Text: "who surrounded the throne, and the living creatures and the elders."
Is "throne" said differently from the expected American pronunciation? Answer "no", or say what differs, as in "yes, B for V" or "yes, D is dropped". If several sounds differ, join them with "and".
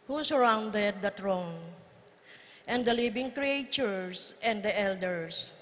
yes, T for TH